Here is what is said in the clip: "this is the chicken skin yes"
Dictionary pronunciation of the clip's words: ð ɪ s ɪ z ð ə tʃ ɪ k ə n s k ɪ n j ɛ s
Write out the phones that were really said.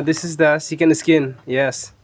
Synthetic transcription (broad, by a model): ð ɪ s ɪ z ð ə s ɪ k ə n s k ɪ n j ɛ s